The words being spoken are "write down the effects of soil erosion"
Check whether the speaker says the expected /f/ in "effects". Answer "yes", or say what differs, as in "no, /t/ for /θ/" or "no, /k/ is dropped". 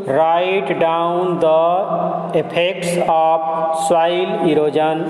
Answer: no, /p/ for /f/